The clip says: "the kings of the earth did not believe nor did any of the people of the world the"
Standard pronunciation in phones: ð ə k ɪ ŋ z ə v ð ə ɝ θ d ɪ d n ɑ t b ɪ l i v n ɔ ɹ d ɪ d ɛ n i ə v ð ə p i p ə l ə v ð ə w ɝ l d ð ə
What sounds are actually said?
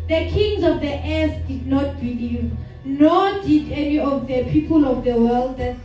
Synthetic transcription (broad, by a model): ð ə k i ŋ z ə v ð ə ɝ s d ɪ d n ɑ t b ɪ l i v n ɔ d ɪ d ɛ n i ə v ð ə p i p ə l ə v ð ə w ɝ l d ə